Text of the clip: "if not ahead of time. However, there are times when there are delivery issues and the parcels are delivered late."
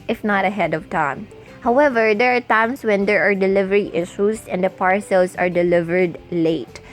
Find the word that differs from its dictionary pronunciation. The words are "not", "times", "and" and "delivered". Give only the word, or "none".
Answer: times